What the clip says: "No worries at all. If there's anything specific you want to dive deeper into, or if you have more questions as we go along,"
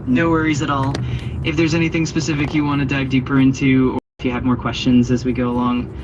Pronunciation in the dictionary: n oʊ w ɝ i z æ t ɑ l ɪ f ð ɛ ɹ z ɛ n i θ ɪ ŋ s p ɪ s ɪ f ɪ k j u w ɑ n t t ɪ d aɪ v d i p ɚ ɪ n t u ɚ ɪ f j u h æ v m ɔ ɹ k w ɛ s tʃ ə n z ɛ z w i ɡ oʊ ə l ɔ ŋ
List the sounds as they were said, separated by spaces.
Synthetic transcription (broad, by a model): n oʊ w ɝ i z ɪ t ɑ l ɪ f ð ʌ ɹ z ɛ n i θ ɪ ŋ s p ɪ s ɪ f ɪ k j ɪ w ɑ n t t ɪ d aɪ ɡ d i p ɚ ɪ n t u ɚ ɪ f j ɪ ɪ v m ɔ ɹ k w ɛ s tʃ ə n z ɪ z w i ɡ oʊ ə l ɔ ŋ